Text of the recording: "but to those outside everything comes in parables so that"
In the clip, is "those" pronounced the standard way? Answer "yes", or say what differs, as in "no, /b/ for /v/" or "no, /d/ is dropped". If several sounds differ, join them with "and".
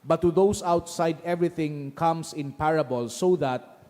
no, /s/ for /z/